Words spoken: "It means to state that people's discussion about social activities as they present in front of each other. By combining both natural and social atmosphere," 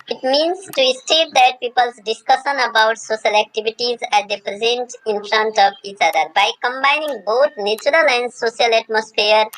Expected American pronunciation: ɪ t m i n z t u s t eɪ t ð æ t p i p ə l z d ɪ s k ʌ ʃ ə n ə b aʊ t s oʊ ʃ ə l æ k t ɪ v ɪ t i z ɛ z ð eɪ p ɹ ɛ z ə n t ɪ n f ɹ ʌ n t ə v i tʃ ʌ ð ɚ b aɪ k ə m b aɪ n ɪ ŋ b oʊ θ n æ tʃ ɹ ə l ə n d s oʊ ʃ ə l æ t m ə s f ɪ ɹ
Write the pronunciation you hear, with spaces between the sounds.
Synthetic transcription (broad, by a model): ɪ t m i n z t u s t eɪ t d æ t p i p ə l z d ɪ s k ʌ ʃ ə n ə b aʊ t s oʊ ʃ ə l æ k t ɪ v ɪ t i z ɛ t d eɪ p ɹ ɛ z ə n t ɪ n f ɹ ʌ n t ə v i tʃ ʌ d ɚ b aɪ k ə m b aɪ n ɪ ŋ b oʊ t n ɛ tʃ ɹ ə l ə n d s oʊ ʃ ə l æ t m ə s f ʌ ɹ